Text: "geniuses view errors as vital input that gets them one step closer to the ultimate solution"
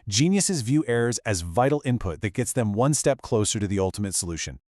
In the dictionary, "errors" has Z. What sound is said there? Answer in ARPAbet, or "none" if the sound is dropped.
Z